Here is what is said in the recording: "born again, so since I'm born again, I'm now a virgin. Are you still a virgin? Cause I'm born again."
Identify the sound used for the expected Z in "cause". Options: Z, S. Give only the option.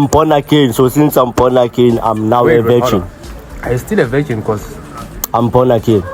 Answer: S